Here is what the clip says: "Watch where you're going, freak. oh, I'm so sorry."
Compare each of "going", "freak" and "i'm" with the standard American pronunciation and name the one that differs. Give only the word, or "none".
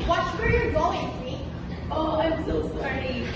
freak